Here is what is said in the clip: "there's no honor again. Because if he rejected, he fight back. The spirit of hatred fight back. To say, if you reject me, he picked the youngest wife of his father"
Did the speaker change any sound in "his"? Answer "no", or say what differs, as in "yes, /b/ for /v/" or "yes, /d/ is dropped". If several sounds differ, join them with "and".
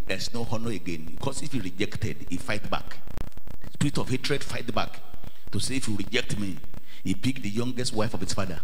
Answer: yes, /s/ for /z/